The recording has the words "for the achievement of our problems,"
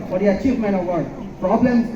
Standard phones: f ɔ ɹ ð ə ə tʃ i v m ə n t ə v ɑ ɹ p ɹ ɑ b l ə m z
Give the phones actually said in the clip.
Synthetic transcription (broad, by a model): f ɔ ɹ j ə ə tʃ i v m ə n ə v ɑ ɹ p ɹ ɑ b l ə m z